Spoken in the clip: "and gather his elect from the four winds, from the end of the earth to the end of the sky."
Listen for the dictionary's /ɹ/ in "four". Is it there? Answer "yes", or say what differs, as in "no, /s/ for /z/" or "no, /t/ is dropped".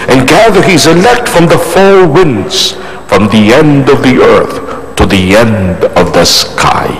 no, /l/ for /ɹ/